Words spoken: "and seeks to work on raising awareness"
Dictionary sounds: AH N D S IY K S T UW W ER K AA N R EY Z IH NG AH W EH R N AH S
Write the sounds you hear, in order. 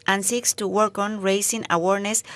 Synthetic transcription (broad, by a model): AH N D S IY K S T UW W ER K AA N R EY S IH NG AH W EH R N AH S